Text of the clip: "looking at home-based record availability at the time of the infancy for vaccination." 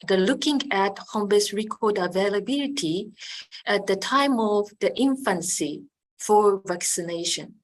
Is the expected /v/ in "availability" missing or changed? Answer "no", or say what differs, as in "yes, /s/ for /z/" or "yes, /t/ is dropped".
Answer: no